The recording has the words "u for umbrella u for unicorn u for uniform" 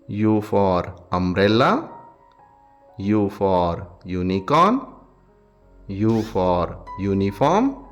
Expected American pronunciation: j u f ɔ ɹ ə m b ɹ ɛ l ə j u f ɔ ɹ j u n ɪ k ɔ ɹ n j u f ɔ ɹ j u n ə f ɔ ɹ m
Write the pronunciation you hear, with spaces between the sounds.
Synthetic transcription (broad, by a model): j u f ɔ ɹ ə m ɹ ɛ l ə j u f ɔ ɹ j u n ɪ k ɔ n j u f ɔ ɹ j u n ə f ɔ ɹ m